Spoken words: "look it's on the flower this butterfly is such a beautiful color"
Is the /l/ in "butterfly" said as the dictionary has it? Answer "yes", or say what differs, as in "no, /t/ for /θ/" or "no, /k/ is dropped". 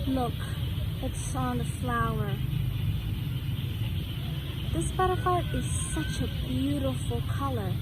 no, /l/ is dropped